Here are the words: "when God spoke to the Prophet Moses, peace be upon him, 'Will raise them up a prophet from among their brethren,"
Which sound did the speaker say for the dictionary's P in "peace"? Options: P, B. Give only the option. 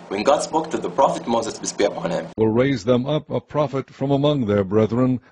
B